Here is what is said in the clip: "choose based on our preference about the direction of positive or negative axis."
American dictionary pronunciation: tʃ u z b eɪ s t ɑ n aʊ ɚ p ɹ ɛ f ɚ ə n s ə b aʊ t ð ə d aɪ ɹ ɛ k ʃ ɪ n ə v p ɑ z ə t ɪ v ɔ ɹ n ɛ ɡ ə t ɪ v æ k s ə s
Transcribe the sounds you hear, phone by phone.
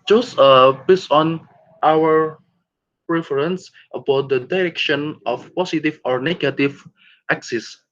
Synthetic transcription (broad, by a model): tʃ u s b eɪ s ɑ n aʊ ɚ p ɹ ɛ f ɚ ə n s ə b aʊ t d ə d aɪ ɹ ɛ k ʃ ɪ n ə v p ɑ s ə t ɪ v ɔ ɹ n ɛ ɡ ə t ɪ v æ k s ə s